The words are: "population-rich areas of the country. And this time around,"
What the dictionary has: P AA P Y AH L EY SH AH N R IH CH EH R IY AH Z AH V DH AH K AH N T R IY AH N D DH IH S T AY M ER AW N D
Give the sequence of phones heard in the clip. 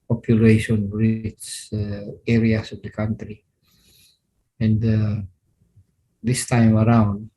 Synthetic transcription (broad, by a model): P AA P Y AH L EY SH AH N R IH S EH R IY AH S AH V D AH K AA N T R IY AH N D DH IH S T AY M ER AW N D